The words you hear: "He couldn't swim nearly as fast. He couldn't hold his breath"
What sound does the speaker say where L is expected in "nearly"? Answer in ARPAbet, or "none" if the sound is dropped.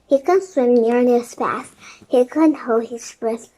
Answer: N